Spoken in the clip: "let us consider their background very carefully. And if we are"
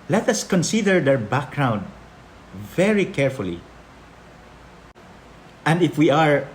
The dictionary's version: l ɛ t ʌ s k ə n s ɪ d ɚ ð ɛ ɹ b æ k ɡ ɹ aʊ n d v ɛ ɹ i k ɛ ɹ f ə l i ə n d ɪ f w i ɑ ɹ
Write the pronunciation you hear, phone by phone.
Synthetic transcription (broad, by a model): l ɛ t ʌ s k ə n s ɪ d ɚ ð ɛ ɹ b æ k ɡ ɹ aʊ n d v ɛ ɹ i k ɛ ɹ f ə l i ə n d ɪ f w i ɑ ɹ